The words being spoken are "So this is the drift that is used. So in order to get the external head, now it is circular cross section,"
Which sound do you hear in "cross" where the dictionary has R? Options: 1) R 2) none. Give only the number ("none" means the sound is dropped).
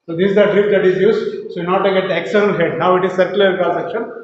2